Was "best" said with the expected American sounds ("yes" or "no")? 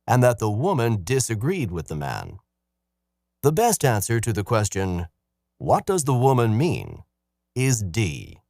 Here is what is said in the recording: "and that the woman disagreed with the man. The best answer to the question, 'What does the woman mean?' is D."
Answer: yes